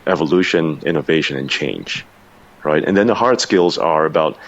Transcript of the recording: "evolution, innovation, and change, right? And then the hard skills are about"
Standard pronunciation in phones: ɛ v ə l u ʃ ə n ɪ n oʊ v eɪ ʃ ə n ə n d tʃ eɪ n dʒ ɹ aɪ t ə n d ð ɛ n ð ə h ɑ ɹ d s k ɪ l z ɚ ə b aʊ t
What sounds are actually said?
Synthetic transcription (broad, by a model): ɛ v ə l u ʃ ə n ɪ n oʊ v eɪ ʃ ə n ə n tʃ eɪ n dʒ ɹ aɪ t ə n ð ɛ n ð ə h ɑ ɹ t s k ɪ l z ɚ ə b aʊ t